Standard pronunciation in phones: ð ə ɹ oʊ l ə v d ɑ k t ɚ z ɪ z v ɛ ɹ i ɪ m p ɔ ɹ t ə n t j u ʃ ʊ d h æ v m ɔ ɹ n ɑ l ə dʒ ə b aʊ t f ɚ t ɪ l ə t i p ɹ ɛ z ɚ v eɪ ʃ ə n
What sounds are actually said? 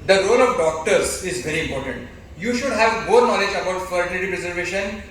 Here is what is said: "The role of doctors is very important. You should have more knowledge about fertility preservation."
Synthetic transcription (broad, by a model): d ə ɹ oʊ l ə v d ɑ k t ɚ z ɪ z v ɛ ɹ i ɪ m p ɔ ɹ t ə n t j u ʃ ʊ d h æ v m ɔ ɹ n ɑ l ə dʒ ə b aʊ t f ɚ t ɪ l ə t i p ɹ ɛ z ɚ v eɪ ʃ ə n